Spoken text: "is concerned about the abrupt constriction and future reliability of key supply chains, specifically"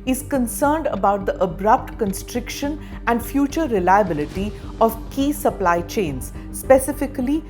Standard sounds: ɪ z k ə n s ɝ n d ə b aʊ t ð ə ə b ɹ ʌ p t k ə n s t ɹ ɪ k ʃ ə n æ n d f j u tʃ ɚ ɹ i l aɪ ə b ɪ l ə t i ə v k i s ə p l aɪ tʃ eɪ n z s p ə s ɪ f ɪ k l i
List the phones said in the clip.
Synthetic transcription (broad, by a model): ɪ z k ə n s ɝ n d ə b aʊ t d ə ə b ɹ ʌ p t k ə n s t ɹ ɪ k ʃ ə n æ n d f j u tʃ ɚ ɹ i l aɪ ə b ɪ l ə t i ə v k i s ə p l aɪ tʃ eɪ n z s p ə s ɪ f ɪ k l i